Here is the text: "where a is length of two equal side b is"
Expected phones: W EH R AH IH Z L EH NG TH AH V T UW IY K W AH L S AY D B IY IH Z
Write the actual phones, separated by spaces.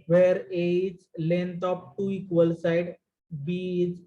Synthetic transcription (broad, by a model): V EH R AH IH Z L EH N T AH P T UW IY K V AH L S AY D B IY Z